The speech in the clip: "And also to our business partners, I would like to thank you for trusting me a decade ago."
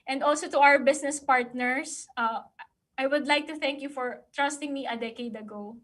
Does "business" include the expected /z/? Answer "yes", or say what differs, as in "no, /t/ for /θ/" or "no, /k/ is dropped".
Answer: no, /s/ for /z/